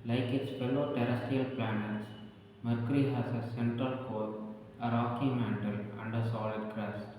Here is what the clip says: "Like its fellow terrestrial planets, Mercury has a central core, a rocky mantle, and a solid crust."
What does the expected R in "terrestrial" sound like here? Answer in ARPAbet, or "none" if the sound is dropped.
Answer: none